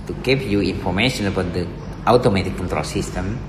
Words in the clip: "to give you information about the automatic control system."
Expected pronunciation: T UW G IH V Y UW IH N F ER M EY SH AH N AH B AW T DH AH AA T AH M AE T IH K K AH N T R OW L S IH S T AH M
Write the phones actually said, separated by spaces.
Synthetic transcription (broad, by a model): T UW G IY P Y UW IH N F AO M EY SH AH N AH B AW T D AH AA T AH M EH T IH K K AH N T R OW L S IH S T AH M